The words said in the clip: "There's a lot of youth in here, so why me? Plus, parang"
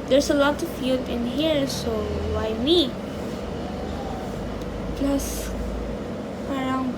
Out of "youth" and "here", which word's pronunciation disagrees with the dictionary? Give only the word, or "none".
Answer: youth